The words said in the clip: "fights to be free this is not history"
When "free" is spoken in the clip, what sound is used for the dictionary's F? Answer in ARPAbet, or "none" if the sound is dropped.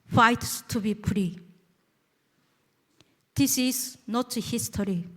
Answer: P